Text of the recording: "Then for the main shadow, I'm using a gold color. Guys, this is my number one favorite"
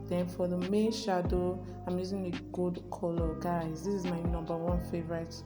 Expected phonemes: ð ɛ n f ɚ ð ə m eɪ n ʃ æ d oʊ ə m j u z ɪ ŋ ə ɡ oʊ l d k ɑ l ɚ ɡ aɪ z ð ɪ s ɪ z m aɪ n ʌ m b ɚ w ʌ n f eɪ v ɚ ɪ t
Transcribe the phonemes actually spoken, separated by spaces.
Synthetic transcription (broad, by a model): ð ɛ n f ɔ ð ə m eɪ n ʃ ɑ d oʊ ə m j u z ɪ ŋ ə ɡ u d k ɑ l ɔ ɡ aɪ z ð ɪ s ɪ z m aɪ n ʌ m b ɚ w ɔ n f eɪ v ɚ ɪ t